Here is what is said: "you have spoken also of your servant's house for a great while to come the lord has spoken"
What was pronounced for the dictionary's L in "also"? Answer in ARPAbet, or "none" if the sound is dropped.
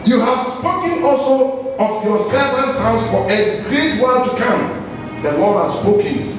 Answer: L